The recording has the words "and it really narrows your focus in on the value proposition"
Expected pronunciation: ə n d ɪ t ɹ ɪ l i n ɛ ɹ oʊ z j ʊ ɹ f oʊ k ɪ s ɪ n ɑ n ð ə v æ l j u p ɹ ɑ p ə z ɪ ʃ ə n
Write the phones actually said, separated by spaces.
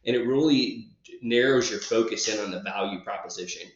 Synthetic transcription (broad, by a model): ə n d ɪ t ɹ ɪ l i n ɛ ɹ oʊ z j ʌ ɹ f oʊ k ɪ s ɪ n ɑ n ð ə v æ l j u p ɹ ɑ p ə z ɪ ʃ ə n